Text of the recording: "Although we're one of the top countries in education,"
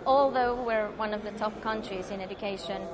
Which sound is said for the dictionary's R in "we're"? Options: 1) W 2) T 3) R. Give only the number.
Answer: 3